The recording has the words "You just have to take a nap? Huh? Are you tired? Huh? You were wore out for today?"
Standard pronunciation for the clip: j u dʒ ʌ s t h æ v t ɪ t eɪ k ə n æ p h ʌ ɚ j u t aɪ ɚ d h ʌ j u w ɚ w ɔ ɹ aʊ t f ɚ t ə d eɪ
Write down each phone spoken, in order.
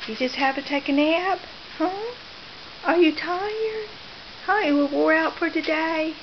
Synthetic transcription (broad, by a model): j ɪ dʒ ʌ s t h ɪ v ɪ t eɪ k ə n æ b h ʌ ɚ j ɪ t aɪ ɚ d h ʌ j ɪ w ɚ w ɔ ɹ aʊ t f ɚ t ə d eɪ